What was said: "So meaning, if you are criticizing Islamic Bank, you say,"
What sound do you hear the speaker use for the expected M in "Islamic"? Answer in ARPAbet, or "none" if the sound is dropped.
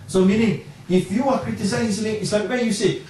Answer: none